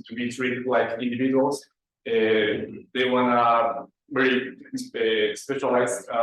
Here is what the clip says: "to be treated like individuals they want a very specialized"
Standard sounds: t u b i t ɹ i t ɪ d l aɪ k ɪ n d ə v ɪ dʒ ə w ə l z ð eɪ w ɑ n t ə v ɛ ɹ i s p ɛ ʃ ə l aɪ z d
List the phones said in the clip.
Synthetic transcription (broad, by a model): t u b i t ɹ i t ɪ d l aɪ k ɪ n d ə v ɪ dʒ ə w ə l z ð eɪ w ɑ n ə b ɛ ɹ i s p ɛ ʃ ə l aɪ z